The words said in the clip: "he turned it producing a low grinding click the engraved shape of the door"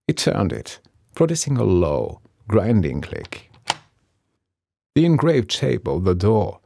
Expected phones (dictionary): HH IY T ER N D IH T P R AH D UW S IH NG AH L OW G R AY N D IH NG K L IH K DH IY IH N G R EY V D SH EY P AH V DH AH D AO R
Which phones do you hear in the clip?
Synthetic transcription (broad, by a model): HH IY T ER N D IH T P R AH D UW S IH NG AH L OW G R AY N D IH NG K L IH K DH IY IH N G R EY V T EY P AH V DH AH D AO R